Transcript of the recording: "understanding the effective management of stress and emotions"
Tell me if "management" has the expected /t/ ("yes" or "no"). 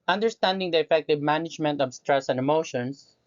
yes